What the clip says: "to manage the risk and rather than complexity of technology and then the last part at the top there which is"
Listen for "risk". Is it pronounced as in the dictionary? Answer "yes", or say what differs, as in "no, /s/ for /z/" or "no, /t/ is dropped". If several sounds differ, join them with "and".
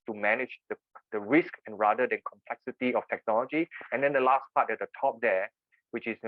yes